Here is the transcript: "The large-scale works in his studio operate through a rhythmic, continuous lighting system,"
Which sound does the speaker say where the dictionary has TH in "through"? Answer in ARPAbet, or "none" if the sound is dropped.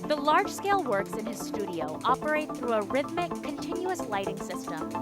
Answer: TH